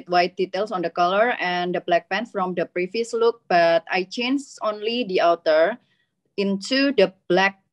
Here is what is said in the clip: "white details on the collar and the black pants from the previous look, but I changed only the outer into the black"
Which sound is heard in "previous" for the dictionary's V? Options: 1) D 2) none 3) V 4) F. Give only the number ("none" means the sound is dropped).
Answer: 4